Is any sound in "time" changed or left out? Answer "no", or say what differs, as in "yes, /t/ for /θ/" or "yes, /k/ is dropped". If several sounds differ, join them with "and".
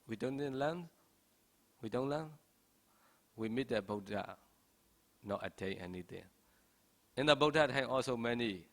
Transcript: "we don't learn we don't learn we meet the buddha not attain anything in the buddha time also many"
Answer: yes, /m/ is dropped